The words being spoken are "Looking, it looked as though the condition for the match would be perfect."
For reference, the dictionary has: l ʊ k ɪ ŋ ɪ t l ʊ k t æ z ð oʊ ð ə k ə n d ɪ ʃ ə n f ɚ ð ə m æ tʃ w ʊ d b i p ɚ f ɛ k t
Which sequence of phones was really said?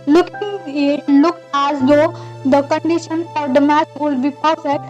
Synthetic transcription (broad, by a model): l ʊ k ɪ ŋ ɪ t l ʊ k æ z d oʊ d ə k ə n d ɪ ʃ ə n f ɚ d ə m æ s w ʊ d b i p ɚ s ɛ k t